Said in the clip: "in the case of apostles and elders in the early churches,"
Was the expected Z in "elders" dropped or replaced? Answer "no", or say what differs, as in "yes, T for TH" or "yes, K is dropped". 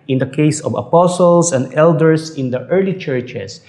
yes, S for Z